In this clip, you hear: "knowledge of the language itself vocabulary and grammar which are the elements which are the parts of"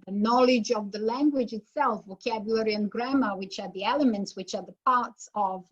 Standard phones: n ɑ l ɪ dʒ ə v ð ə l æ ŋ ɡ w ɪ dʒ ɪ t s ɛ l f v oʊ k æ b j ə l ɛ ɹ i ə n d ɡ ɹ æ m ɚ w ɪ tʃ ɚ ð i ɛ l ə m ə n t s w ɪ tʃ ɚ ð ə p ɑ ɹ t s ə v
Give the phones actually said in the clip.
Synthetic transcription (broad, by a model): n ɑ l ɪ dʒ ə v ð ə l æ ŋ ɡ w ɪ dʒ ɪ t s ɛ l f v oʊ k æ b j ə l ɛ ɹ i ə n ɡ ɹ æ m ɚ w ɪ tʃ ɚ ð i ɛ l ə m ə n t s w ɪ tʃ ɚ ð ə p ɑ ɹ t s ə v